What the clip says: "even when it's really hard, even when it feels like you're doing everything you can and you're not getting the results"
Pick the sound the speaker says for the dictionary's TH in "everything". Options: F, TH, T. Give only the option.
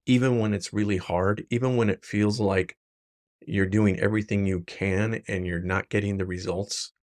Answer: TH